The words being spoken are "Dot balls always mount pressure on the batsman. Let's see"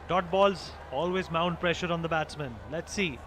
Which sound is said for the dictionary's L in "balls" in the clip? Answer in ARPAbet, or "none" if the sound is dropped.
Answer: L